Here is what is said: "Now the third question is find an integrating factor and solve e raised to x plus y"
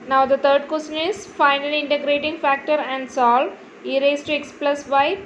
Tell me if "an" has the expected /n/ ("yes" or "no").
no